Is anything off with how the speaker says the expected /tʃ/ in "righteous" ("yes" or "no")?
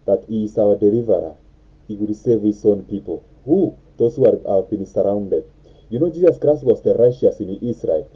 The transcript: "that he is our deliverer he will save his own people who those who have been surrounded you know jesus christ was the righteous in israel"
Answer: yes